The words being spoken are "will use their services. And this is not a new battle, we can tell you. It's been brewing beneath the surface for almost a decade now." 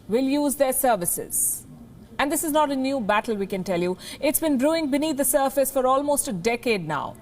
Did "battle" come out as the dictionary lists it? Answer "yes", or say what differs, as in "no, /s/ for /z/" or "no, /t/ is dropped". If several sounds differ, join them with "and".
yes